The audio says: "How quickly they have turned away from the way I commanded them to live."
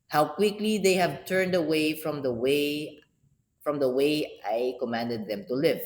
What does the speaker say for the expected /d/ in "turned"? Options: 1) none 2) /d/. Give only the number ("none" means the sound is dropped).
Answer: 2